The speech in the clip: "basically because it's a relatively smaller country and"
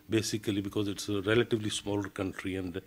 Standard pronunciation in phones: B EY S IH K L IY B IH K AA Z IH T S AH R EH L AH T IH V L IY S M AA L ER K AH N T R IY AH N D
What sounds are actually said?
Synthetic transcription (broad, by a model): B EY S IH K L IY B IH K AA Z IH T S AH R EH L AH T IH V L IY S M AA L ER K AH N T R IY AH N D